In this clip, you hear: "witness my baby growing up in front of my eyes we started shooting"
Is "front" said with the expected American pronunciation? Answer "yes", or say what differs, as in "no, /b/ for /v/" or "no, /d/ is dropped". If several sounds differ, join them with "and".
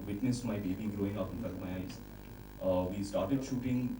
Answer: no, /ɹ/ is dropped